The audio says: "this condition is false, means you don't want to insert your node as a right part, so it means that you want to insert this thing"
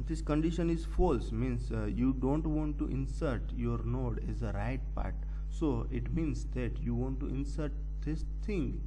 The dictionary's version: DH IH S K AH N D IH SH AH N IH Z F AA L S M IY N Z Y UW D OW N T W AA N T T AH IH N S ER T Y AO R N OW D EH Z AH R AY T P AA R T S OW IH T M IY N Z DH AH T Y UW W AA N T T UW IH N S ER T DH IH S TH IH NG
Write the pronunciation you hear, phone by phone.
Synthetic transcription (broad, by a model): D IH S K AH N D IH SH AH N IH Z F AA L S M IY N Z Y UW D OW N T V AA N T T IH N S ER T Y AO R N OW D EH Z AH R AY T P AA R T S OW IH T M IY N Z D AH T Y UW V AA N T T UW IH N S ER T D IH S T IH NG